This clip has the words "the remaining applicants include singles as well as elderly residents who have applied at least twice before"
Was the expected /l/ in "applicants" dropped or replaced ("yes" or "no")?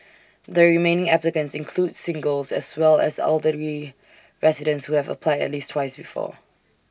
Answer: no